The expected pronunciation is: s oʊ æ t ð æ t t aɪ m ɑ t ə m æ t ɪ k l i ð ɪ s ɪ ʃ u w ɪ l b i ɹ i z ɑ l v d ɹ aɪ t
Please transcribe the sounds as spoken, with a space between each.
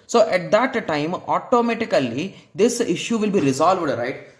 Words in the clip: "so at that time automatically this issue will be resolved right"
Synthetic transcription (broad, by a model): s oʊ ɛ t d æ t t aɪ m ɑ t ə m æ t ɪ k l i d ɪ s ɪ ʃ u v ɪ l b i ɹ i z ɑ l v d ɹ aɪ t